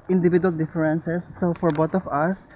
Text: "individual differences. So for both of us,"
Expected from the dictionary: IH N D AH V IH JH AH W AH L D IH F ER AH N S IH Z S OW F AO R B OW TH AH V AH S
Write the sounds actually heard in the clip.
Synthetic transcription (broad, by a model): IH N D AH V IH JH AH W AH L D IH F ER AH N S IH S OW F AO R B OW T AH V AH S